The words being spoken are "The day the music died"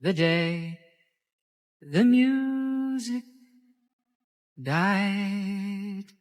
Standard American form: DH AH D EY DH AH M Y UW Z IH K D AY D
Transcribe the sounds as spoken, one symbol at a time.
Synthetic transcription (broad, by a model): DH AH D EY DH AH M Y UW Z IH K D AY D